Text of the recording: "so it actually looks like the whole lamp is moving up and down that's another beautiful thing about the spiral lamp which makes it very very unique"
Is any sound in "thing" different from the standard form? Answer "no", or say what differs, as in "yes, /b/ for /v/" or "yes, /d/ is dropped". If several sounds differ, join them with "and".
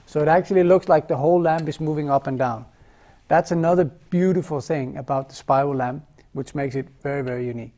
no